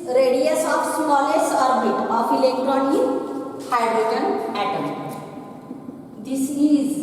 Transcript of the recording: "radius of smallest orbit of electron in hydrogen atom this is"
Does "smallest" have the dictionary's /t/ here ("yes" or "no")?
no